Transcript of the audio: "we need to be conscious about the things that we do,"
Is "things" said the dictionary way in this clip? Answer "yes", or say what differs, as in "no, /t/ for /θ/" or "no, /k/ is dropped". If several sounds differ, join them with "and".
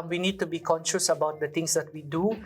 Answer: no, /t/ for /θ/